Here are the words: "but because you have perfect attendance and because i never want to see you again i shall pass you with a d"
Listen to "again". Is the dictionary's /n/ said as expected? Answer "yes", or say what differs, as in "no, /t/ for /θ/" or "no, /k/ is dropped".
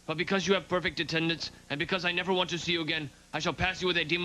yes